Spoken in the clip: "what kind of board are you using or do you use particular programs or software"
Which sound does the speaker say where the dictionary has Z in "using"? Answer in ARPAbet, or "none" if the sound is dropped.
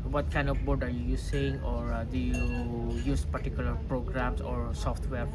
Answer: S